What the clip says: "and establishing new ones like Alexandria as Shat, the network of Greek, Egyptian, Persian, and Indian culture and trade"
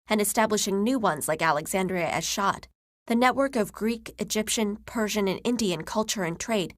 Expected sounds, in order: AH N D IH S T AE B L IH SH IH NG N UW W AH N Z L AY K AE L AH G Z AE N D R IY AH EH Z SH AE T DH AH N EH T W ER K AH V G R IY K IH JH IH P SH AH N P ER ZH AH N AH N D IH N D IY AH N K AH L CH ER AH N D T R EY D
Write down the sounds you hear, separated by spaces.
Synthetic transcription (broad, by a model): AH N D IH S T AE B L IH SH IH NG N UW W AH N Z L AY K AE L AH G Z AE N D R IY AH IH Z SH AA T DH AH N EH T W ER K AH V G R IY K IH JH IH P SH AH N P ER ZH AH N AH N IH N D IY AH N K AH L CH ER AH N T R EY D